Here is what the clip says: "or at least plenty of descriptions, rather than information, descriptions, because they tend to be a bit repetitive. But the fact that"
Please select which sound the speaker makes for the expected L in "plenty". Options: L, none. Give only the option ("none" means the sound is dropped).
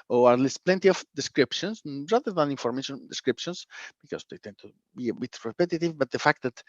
L